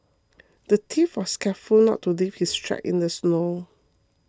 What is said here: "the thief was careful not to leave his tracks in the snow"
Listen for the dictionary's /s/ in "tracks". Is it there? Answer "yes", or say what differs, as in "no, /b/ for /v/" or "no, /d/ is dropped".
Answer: no, /s/ is dropped